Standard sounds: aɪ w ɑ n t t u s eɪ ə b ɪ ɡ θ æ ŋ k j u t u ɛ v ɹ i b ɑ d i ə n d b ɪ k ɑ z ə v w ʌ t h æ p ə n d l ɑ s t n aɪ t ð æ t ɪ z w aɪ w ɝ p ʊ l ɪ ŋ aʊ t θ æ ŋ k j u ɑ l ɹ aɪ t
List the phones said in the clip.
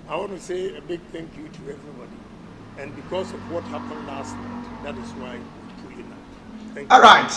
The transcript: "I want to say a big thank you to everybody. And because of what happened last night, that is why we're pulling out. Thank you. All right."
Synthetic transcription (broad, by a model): aɪ w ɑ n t t u s eɪ ə b ɪ ɡ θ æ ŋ k j u t u ɛ v ɹ i b ɑ d i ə n b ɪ k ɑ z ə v w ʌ t h æ p ə n d l ɑ s t n aɪ t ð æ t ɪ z w aɪ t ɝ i n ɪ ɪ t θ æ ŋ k ɑ l ɹ aɪ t